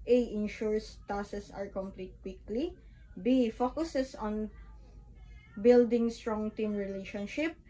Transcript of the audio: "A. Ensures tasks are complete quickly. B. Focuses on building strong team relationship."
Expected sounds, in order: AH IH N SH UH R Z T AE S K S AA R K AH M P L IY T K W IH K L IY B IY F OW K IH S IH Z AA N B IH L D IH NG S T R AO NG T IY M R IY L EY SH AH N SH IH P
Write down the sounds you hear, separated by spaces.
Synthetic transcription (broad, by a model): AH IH N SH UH R S T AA S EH S AA R K AH M P L IY T K W IH K L IY B IY F OW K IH S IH S AA N B IH L D IH NG S T R AO NG T IY M R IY L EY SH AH N SH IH P